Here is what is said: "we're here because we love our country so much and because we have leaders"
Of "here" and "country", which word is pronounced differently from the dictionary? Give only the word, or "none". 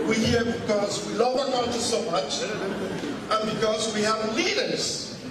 country